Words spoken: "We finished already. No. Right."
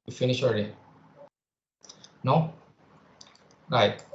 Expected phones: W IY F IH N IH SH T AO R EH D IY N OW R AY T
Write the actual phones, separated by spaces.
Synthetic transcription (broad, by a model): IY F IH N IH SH AO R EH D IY N OW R AY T